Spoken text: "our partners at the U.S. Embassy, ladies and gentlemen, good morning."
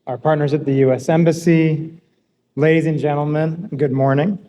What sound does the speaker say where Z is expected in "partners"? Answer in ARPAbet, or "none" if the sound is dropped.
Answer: Z